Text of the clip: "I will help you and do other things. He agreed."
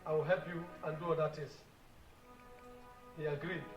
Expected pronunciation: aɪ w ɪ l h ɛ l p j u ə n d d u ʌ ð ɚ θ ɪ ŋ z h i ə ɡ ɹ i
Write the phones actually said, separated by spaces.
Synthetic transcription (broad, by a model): aɪ w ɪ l h ɛ l p j u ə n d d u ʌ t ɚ t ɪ z h i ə ɡ ɹ i